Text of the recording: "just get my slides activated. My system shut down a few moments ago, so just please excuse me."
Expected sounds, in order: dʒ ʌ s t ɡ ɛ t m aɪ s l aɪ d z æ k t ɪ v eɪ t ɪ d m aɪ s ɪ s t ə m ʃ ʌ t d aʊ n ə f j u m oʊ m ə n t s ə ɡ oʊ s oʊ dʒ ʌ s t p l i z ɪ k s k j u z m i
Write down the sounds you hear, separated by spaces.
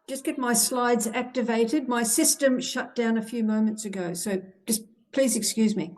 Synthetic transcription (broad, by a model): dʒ ʌ s ɡ ɛ t m aɪ s l aɪ d z æ k t ɪ v eɪ t ɪ d m aɪ s ɪ s t ə m ʃ ʌ t d aʊ n ə f j u m oʊ m ə n t s ə ɡ oʊ s oʊ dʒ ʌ s p l i z ɪ k s k j u z m i